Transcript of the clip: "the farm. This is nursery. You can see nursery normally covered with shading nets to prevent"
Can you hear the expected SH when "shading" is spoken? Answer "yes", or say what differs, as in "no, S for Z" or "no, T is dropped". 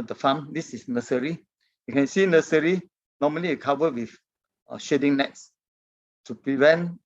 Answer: yes